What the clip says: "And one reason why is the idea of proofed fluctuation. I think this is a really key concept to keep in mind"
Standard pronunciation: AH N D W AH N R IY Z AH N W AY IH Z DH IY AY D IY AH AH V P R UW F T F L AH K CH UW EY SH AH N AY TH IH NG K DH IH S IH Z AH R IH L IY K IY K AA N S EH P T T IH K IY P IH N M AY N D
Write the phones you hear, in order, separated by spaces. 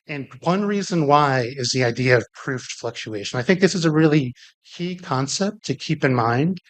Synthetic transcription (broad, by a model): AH N W AH N R IY Z AH N W AY IH Z DH IY AY D IY AH AH V P R UW F T F L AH K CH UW EY SH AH N AY TH IH NG K DH IH S IH Z AH R IH L IY K IY K AA N S EH P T T IH K IY P IH N M AY N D